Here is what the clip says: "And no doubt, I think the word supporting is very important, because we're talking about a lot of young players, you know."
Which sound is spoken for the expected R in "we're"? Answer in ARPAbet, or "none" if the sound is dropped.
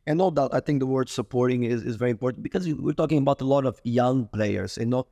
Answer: R